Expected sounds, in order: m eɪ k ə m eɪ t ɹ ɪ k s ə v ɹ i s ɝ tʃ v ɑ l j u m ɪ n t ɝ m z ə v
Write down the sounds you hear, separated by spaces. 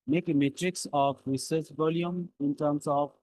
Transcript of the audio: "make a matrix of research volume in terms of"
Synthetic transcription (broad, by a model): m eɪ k m eɪ t ɹ ɪ k s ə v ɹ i s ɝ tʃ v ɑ l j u m ɪ n t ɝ m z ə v